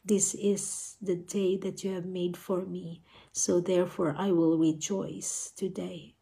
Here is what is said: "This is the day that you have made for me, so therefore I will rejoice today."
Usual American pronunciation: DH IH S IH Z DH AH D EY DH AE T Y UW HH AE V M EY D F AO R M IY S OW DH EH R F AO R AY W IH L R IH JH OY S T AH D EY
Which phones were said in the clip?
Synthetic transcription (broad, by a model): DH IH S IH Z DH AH D EY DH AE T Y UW HH AE V M EY D F AO R M IY S OW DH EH R F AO R AY W IH L R IH JH OY S T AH D EY